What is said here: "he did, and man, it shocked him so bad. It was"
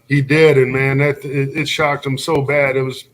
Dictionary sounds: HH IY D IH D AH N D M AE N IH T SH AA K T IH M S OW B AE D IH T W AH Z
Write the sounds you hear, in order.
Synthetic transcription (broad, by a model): HH IY D IH D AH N M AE N IH T SH AA K T IH M S OW B AE D IH T W AH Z